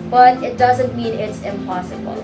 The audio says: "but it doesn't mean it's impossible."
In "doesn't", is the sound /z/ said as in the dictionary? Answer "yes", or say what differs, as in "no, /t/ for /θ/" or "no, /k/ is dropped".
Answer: yes